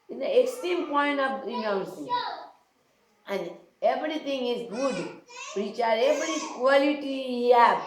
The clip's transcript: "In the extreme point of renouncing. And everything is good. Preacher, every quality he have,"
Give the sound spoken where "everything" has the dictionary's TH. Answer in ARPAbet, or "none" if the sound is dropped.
T